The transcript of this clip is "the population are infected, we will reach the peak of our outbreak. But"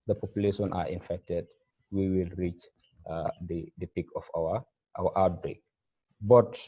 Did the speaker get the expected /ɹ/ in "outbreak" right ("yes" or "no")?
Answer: yes